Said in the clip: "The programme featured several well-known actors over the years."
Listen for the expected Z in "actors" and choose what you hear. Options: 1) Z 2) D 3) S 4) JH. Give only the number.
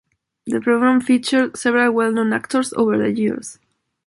3